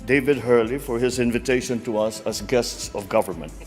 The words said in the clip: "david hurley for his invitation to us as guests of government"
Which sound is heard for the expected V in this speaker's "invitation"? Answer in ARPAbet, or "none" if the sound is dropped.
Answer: V